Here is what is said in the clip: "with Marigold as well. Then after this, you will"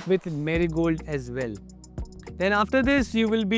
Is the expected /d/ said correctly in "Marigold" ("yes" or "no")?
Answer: yes